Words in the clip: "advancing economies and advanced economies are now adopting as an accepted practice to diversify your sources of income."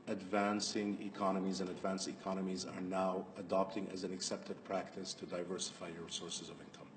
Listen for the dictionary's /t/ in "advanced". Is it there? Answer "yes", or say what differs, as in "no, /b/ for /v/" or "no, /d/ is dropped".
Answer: yes